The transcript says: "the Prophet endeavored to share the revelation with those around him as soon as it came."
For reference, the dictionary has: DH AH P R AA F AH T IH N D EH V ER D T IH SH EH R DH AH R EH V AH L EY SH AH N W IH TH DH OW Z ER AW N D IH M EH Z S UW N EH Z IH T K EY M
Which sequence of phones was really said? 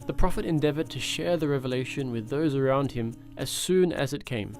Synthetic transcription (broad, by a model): DH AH P R AA F AH T IH N D EH V ER D T IH SH EH R DH AH R EH V AH L EY SH AH N W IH DH OW Z ER AW N D IH M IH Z S UW N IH Z IH T K EY M